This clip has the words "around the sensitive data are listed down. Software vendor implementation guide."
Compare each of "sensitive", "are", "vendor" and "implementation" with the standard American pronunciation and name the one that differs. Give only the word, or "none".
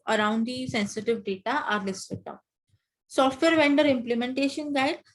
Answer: none